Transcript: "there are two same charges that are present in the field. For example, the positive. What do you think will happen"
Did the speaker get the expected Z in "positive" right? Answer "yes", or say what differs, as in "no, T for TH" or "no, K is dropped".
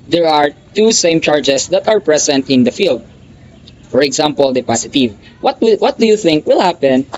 no, S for Z